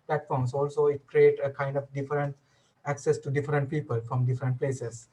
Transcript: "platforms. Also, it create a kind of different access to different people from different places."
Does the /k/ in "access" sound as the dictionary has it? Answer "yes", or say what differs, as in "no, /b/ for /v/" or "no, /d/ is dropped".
yes